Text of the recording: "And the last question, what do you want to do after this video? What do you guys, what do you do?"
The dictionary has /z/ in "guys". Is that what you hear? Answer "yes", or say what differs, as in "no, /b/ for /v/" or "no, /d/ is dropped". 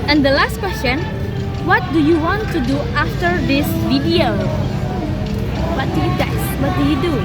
no, /s/ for /z/